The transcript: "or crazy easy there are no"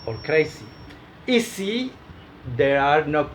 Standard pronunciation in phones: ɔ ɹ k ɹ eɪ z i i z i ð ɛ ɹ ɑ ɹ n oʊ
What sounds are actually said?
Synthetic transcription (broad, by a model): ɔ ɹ k ɹ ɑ s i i s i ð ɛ ɹ ɑ ɹ n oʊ